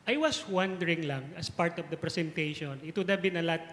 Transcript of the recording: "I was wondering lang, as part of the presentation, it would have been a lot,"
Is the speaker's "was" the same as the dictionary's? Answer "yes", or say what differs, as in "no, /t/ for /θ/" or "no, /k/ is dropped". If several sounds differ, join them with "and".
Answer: no, /s/ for /z/